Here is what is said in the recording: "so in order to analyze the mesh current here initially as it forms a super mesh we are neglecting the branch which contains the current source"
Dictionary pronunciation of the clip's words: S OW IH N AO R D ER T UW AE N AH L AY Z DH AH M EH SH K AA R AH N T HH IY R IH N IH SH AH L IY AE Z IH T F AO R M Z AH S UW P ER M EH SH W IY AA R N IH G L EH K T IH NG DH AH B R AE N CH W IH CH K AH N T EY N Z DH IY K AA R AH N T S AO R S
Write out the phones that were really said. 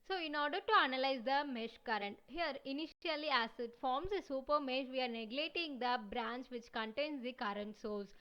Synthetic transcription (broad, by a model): S OW IH N AO R D ER T UW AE N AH L AY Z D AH M EH SH K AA R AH N T HH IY R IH N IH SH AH L IY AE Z IH T F AO R M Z AH S UW P ER M EH SH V IY AA R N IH G L EH T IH NG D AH B R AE N CH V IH CH K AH N T EY N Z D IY K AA R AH N T S AO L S